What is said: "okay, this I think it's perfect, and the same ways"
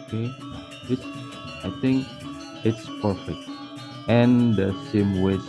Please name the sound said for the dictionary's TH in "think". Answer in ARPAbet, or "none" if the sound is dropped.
T